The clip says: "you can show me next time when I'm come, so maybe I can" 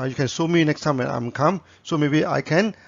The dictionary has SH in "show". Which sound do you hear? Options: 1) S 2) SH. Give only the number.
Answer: 1